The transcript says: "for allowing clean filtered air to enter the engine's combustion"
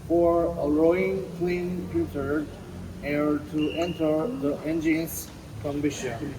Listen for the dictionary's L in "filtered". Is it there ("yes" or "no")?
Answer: no